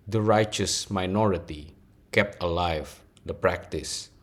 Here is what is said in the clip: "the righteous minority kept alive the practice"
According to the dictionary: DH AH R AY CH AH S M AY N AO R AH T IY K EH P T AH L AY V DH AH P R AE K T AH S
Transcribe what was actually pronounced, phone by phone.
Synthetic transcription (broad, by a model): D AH R AY CH AH S M AY N AO R AH T IY K EH P T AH L AY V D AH P R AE K T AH S